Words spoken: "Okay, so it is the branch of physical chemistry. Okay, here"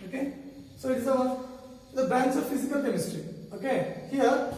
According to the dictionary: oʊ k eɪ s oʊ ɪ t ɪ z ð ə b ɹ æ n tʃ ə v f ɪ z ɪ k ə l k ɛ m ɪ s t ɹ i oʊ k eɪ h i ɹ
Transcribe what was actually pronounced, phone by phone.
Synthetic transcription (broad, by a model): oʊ k eɪ s oʊ ɪ t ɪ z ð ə b æ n s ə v f ɪ z ɪ k ə l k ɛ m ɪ s t ɹ i oʊ k eɪ h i ɹ